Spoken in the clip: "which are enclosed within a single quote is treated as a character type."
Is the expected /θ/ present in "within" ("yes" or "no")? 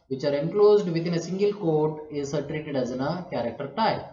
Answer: no